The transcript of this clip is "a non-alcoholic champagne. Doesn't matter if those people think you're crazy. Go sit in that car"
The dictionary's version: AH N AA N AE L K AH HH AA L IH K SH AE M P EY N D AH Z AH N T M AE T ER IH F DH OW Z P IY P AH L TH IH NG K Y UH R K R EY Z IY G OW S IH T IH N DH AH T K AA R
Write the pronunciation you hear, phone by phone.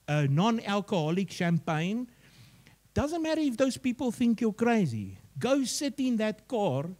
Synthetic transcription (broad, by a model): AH N AA N AE L K AH HH AA L IH K SH AE M P EY N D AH Z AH N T M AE T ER IH F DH OW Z P IY P AH L TH IH NG K Y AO K R EY Z IY G OW S IH T IH N DH AH T K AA R